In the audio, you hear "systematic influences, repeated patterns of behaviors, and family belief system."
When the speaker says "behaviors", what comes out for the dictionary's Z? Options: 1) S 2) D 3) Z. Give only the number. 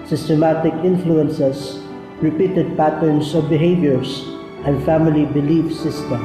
1